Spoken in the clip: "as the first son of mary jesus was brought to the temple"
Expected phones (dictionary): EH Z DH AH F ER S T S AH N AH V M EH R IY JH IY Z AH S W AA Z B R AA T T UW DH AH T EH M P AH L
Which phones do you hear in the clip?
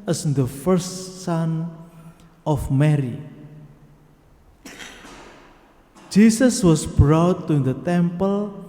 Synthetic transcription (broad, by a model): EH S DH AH F ER S T S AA N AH F M EH R IY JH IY S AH S W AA S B R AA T T UW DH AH T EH M P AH L